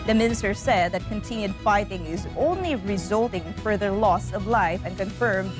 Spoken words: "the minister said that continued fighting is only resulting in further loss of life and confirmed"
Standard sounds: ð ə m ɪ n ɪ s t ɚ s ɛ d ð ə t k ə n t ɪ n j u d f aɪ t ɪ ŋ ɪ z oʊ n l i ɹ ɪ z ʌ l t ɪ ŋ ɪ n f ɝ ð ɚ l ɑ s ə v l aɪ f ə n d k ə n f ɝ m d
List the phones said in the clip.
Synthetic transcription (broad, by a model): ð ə m ɪ n ɪ s t ɚ s ɛ d ð ə t k ə n t ɪ n j u d f aɪ t ɪ ŋ ɪ z oʊ n l i ɹ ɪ z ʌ l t ɪ ŋ f ɝ ð ɚ l ɑ s ə v l aɪ f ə n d k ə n f ɝ m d